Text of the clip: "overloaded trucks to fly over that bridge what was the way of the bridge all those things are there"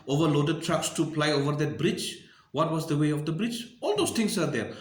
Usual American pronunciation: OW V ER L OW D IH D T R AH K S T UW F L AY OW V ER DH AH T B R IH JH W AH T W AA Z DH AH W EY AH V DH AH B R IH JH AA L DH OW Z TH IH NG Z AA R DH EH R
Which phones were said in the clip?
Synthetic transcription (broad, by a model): OW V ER L OW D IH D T R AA K S T UW P L AY OW V ER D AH T B R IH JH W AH T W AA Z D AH W EY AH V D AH B R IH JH AA L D OW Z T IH NG S AA R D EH R